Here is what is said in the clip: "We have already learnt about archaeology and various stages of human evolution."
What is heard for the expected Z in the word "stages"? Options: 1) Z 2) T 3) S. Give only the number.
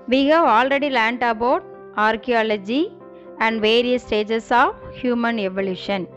3